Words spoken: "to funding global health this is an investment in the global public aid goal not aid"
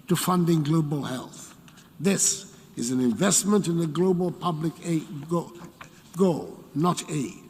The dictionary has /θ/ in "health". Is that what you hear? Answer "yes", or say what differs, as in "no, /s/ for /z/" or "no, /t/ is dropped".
yes